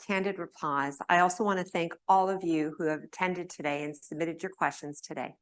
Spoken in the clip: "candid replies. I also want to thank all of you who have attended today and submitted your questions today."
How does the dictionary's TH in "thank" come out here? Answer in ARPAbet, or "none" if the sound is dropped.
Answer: TH